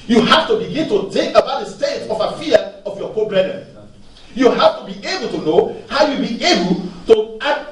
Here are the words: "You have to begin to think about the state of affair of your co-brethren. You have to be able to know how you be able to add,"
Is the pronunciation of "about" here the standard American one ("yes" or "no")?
yes